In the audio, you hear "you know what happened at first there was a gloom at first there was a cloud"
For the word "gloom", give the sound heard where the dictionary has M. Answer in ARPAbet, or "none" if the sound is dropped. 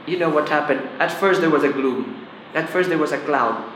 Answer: M